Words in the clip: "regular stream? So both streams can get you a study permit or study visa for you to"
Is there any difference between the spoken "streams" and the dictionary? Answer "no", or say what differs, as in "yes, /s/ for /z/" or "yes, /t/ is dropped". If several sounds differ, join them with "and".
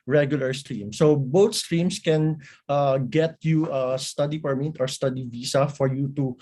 yes, /s/ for /z/